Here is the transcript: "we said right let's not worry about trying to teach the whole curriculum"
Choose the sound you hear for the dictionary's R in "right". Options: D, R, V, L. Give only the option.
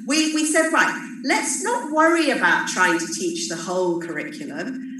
L